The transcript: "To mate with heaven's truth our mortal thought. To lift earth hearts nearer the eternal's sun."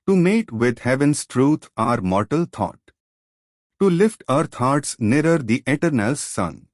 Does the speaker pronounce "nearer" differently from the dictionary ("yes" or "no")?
no